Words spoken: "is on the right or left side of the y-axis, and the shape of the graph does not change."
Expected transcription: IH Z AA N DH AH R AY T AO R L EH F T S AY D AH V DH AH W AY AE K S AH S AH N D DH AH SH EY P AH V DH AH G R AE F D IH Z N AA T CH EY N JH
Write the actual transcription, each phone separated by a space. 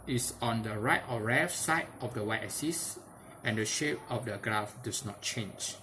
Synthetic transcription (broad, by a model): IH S AA N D AH R AY T AO R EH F S AY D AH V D AH W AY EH S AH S AH N D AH SH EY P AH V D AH G R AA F D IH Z N AA T CH EY N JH